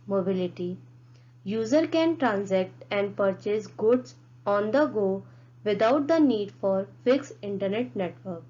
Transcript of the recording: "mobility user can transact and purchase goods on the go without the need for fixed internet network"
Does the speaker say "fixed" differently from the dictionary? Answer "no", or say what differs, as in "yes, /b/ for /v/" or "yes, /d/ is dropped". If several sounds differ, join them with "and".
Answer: yes, /t/ is dropped